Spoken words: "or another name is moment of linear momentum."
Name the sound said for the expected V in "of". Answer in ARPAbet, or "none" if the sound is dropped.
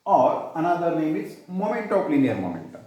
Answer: P